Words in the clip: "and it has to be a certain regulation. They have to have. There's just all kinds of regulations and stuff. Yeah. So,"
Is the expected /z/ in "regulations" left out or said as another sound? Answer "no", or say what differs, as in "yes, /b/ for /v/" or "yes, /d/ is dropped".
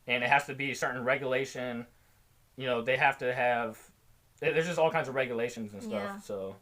no